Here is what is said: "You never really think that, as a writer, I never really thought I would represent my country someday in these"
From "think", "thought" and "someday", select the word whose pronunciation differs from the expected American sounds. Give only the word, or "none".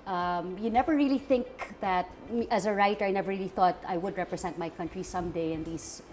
none